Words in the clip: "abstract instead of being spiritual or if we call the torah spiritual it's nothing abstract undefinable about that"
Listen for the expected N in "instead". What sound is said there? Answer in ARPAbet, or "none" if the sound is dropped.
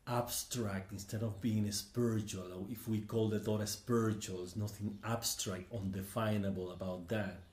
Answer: N